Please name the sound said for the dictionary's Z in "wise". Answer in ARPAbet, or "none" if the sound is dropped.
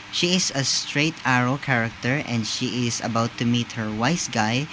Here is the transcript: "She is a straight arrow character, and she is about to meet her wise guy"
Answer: S